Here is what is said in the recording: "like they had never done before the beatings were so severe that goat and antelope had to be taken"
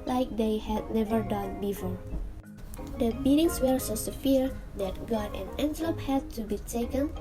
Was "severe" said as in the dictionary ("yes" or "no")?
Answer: no